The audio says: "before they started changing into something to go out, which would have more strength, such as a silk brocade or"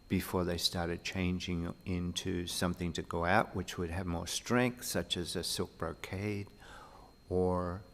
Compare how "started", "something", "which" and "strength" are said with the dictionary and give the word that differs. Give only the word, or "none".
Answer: none